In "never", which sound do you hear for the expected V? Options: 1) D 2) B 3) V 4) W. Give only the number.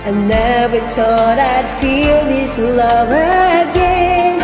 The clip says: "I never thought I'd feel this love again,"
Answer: 2